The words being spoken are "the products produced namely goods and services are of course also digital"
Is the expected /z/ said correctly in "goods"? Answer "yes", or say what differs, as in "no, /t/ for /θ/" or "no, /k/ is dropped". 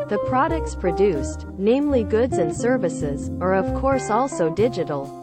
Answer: yes